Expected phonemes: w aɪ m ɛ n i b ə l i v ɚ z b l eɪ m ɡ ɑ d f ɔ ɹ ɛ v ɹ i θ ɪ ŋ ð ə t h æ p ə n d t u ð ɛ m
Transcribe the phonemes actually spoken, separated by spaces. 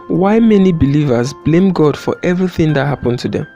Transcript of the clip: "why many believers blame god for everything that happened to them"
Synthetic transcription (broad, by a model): w aɪ m ɛ n i b ə l i v ɚ z b l eɪ m ɡ ɑ d f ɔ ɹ ɛ v ɹ i θ ɪ ŋ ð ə t h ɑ p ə n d t u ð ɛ m